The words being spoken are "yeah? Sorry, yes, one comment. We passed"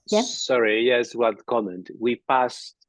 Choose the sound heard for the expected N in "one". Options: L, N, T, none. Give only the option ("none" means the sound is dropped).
L